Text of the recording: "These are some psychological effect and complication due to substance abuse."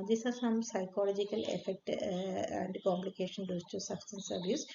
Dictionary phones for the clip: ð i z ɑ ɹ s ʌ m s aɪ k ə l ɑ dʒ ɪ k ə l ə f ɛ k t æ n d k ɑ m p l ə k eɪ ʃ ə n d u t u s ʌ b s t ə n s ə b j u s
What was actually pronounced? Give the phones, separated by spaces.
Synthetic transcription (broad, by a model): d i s ɑ ɹ s ʌ m s aɪ k ə l ɑ dʒ ɪ k ə l ə f ɛ k t æ n d k ɑ m p l ə k eɪ ʃ ə n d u t u s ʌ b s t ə n s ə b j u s